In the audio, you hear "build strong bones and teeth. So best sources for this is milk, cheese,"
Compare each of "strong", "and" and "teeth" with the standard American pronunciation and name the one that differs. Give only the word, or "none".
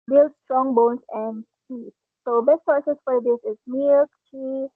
teeth